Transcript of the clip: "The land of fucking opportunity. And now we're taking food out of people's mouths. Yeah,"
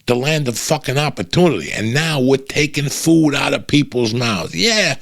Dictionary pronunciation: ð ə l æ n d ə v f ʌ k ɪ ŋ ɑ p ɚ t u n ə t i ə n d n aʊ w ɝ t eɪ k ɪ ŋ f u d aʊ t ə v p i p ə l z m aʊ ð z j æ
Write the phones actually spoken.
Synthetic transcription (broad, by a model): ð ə l æ n d ə v f ʌ k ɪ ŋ ɑ p ɚ t u n ə t i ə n n aʊ w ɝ t eɪ k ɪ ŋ f u d aʊ t ə v p i p l z m aʊ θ j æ